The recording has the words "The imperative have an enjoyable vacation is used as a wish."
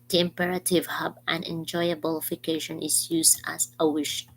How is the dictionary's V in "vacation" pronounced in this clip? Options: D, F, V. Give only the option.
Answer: F